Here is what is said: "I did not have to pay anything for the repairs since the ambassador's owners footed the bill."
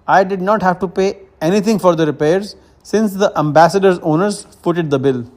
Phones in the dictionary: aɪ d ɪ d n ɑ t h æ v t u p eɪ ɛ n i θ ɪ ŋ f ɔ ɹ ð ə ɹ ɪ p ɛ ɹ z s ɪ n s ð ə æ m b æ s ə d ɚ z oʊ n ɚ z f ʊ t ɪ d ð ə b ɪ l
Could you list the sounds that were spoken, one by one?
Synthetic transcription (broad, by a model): aɪ d ɪ d n ɑ t h æ v t u p eɪ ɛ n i t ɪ ŋ f ɔ ɹ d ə ɹ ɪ p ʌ ɹ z s ɪ n s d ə æ m b æ s ə d ɚ z oʊ n ɚ z p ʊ t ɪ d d ə b ɪ l